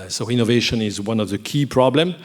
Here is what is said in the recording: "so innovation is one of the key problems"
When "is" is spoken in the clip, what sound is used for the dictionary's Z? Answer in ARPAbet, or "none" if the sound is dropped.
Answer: Z